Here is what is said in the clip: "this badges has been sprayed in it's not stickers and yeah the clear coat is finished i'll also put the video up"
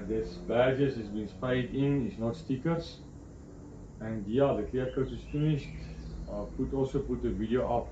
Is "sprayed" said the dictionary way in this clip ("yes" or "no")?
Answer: no